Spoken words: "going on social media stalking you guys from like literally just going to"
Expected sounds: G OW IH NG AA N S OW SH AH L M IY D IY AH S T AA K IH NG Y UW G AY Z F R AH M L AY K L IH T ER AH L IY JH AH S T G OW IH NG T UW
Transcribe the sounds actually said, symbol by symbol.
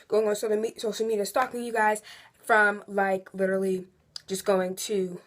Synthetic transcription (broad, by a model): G OW IH NG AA N S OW S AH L M IY D IY AH S T AA K IH NG Y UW G AY Z F R AH M L AY K L IH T ER L IY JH AH S G OW IH NG T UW